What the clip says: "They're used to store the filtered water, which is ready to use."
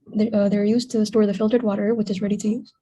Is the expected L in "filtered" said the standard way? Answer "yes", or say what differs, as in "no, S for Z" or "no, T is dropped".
yes